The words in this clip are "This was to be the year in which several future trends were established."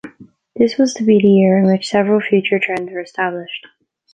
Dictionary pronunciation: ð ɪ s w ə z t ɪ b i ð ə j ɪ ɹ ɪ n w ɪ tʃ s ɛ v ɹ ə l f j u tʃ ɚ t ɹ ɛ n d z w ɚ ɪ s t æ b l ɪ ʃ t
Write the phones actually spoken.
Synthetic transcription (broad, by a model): ð ɪ s w ə z t ɪ b i ð ə j ɪ ɹ ɪ n w ɪ tʃ s ɛ v ɹ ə l f j u tʃ ɚ t ɹ ɛ n d z w ɚ ɪ s t æ b l ɪ ʃ t